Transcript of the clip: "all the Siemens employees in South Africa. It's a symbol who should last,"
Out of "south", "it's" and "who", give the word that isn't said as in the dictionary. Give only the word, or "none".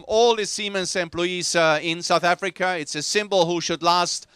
none